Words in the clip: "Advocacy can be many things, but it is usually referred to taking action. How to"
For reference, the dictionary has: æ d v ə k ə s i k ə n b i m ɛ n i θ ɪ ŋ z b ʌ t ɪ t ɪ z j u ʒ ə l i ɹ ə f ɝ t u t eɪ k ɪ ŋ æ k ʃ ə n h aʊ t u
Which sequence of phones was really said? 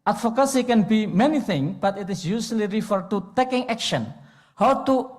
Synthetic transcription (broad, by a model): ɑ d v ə k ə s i k ə n b i m ɛ n i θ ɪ ŋ b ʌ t ɪ t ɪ s j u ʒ l i ɹ ə f ɝ t u t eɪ k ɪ ŋ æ k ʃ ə n h aʊ t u